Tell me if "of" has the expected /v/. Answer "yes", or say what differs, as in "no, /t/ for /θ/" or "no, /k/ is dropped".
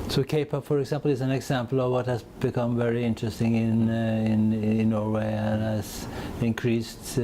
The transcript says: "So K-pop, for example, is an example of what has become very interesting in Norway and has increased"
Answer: yes